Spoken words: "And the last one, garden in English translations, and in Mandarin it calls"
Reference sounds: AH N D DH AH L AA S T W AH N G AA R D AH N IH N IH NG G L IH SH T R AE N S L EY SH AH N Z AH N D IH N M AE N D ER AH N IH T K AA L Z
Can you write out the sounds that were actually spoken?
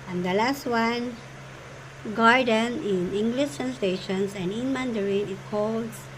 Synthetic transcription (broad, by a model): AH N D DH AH L AA S T W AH N G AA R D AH N IH N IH NG G L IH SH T AE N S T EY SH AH N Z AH N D IH N M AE N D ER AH N IH T K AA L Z